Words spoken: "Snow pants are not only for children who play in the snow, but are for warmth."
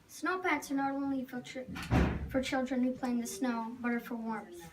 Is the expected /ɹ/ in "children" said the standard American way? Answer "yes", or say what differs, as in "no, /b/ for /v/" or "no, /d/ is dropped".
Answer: yes